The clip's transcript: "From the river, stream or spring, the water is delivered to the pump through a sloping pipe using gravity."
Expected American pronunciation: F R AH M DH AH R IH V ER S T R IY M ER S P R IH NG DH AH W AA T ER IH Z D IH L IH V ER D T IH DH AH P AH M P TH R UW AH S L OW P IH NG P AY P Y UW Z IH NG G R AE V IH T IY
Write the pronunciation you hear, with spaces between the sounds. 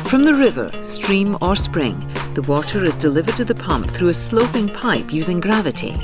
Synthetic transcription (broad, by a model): F R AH M DH AH R IH V ER S T R IY M ER S P R IH NG DH AH W AA T ER IH Z D IH L IH V ER D T IH DH AH P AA M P TH R UW AH S L OW P IH NG P AY P Y UW Z IH NG G R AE V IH T IY